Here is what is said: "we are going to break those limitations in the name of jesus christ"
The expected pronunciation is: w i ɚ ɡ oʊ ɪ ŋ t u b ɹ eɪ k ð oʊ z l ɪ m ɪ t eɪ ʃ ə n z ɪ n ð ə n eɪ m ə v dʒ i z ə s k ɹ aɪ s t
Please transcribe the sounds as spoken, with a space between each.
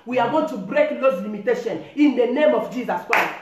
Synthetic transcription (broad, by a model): w i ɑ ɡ oʊ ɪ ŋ t u b ɹ eɪ k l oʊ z l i m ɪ t eɪ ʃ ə n ɪ n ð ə n eɪ m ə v dʒ i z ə s k ɹ aɪ s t